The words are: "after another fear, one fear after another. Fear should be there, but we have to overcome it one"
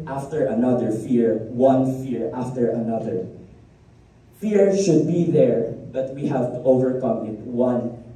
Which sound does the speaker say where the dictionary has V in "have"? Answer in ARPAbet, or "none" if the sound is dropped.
V